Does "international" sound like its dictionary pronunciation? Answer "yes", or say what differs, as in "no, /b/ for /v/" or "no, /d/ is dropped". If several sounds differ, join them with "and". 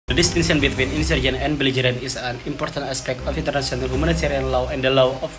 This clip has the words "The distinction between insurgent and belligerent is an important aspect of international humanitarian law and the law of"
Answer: no, /s/ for /ʃ/